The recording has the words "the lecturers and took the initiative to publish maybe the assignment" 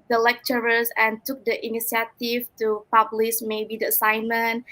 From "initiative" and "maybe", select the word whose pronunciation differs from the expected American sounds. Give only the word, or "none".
initiative